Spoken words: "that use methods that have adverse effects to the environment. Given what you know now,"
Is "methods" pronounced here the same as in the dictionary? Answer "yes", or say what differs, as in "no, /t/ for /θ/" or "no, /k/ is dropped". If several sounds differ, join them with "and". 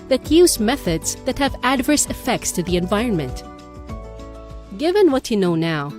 yes